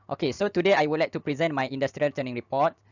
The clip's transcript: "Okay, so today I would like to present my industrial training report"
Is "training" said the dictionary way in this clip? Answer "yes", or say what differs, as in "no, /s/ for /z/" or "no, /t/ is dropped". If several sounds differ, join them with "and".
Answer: no, /ɹ/ is dropped